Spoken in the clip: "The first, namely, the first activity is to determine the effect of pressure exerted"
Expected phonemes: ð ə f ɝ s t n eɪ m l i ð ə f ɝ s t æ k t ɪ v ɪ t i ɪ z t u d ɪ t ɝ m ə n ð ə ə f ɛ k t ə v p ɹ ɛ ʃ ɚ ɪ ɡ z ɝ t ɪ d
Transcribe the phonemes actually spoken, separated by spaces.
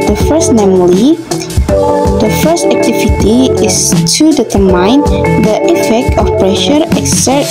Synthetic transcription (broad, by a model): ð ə f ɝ s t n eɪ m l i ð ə f ɝ s t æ k t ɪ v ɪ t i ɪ s t u d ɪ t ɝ m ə n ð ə ə f ɛ k t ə f p ɹ ɛ ʃ ɚ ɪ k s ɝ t